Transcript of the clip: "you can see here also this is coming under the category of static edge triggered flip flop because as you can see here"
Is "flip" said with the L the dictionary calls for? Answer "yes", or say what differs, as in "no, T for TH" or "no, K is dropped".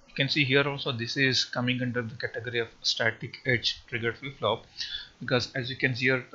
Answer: no, L is dropped